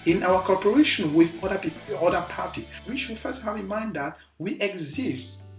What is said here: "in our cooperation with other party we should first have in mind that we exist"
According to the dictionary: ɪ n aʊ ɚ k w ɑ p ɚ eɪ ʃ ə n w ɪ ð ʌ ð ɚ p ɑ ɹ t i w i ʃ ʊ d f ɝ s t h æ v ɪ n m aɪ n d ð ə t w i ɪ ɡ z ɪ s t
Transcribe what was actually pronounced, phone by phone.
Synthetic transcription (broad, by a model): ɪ n aʊ ɚ k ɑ p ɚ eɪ ʃ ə n w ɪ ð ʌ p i p ɑ ɹ t i w i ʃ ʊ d f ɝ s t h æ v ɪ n m aɪ n d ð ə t w i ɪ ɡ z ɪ s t